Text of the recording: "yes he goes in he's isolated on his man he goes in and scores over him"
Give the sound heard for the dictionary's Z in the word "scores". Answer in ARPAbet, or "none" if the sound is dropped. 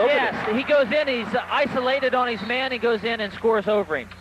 Z